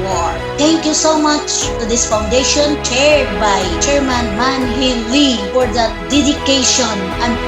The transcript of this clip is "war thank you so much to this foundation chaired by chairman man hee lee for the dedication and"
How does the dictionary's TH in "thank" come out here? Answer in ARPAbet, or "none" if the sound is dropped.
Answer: T